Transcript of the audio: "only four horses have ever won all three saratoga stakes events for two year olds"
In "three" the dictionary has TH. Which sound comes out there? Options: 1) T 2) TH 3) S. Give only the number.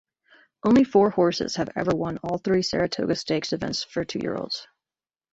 2